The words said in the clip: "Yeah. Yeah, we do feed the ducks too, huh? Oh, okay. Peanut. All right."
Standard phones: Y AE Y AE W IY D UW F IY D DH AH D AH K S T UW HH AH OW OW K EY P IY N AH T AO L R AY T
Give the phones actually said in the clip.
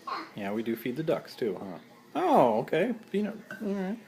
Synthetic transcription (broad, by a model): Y Y AE W IY D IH F IY D DH AH D AH K S T UW HH AH OW OW K EY F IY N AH AO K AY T